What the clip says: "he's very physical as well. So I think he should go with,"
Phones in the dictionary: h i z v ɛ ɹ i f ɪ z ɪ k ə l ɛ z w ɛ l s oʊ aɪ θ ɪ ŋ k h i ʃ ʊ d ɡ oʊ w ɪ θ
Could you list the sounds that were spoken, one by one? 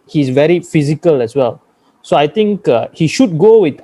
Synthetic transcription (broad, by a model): h i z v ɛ ɹ i f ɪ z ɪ k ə l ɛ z w ɛ l s oʊ aɪ t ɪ ŋ k h i ʃ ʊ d ɡ oʊ w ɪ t